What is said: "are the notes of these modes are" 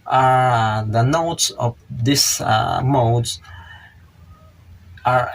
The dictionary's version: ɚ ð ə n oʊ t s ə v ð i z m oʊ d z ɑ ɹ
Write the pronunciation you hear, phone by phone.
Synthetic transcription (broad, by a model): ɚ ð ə n oʊ t s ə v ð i s m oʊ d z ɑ ɹ